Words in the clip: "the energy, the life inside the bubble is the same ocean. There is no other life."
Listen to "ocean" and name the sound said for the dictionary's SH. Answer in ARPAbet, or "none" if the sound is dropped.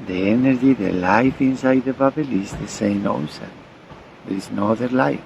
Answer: S